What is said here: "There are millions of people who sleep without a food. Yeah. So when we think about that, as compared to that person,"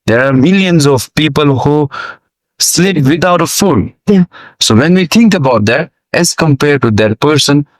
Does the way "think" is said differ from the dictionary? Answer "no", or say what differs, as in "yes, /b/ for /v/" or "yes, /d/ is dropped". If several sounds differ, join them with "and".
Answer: yes, /t/ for /θ/